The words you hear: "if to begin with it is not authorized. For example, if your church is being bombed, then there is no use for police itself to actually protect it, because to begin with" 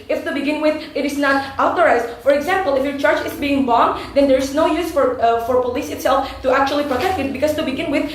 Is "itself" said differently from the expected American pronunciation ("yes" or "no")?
no